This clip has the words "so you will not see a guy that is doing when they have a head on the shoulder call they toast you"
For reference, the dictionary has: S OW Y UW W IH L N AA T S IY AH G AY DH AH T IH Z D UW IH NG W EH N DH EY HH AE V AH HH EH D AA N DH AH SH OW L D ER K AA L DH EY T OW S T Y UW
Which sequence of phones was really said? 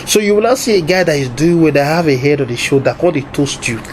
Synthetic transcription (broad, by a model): S OW Y UW W IH L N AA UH S IY AH G AY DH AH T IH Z D UW IH NG W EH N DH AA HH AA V AH HH EH D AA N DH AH SH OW D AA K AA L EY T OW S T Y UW